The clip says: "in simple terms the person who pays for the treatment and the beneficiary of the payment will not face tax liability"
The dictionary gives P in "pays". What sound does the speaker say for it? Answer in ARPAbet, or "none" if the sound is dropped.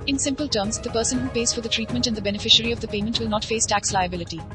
P